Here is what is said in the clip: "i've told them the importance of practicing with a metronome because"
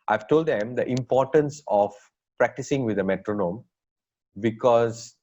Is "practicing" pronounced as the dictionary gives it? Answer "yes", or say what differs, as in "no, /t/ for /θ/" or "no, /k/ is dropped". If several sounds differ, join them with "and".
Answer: yes